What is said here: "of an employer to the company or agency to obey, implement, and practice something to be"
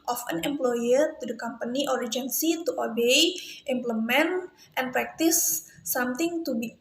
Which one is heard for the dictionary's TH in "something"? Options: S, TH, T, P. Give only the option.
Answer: T